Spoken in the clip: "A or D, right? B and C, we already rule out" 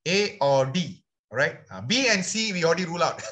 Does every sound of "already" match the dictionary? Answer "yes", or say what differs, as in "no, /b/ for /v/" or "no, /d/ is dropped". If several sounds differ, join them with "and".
no, /l/ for /ɹ/